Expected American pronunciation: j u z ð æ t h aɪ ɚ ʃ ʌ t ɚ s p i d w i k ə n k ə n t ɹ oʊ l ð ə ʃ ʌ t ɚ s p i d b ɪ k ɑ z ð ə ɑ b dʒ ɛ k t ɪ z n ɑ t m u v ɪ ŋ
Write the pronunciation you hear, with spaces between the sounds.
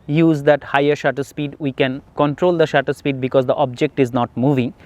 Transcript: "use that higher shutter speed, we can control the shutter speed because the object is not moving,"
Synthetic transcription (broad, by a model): j u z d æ t h aɪ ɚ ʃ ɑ t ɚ s p i d w i k ə n k ə n t ɹ oʊ l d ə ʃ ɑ t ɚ s p i d b ɪ k ɑ z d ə ɑ b dʒ ɛ k t ɪ z n ɑ t m u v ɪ ŋ